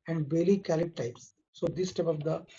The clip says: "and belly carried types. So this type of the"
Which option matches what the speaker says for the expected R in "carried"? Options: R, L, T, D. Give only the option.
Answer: L